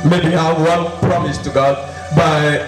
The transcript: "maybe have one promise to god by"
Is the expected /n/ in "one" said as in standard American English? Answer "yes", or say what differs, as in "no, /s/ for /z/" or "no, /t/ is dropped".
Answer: no, /l/ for /n/